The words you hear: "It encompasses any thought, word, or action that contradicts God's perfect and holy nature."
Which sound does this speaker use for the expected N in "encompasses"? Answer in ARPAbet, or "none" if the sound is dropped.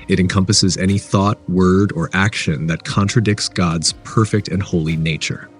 N